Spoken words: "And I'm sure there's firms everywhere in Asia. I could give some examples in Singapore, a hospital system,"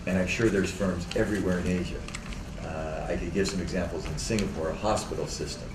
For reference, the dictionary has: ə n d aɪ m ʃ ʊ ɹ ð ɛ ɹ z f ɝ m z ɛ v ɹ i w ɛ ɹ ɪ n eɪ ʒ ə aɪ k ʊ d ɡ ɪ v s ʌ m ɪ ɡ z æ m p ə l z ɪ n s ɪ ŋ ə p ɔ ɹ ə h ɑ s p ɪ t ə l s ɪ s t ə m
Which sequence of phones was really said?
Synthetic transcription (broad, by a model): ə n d aɪ m ʃ ʊ ɹ ð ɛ ɹ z f ɝ m z ɛ v ɹ i w ɛ ɹ ɪ n eɪ ʒ ə aɪ k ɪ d ɡ ɪ v s ʌ m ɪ ɡ z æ m p l z ɪ n s ɪ ŋ ə p ɔ ɹ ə h ɑ s p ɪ t l s ɪ s t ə m